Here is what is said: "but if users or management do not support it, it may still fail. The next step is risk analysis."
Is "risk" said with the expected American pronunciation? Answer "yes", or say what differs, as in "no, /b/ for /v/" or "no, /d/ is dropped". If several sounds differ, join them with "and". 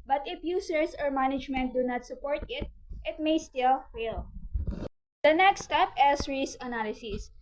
no, /k/ is dropped